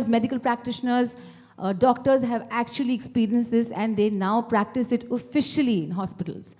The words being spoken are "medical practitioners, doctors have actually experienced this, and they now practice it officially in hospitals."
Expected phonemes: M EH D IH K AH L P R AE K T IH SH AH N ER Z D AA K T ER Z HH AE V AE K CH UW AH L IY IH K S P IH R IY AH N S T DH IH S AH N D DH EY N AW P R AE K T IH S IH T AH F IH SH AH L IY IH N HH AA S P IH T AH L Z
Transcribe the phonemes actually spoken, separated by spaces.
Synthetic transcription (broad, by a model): M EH D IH K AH L P R AE K T IH SH AH N ER Z D AA K T ER Z HH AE V AE K CH UW AH L IY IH K S P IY R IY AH N S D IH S AH N D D EY N AW P R AE K T IH S IH T AH F IH SH AH L IY IH N HH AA S P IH T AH L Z